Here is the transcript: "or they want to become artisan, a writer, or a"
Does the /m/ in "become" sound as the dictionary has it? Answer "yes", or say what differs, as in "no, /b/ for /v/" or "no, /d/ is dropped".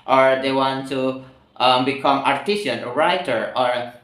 yes